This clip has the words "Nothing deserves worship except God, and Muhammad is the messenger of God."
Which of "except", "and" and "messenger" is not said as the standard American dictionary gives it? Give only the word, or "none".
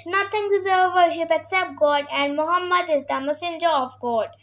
none